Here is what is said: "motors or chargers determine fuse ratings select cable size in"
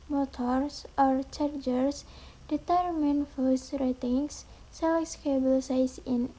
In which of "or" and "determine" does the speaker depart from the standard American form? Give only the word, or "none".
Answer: none